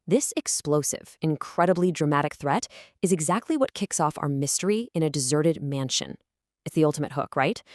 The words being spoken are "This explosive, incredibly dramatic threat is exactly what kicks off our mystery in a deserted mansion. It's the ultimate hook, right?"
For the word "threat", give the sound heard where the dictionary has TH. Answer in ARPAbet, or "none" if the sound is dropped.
TH